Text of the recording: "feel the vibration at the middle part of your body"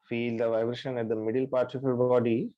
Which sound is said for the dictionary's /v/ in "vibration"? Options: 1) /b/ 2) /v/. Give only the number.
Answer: 2